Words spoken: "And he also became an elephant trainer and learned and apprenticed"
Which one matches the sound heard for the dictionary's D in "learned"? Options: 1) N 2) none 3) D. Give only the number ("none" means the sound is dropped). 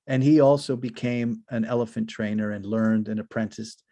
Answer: 3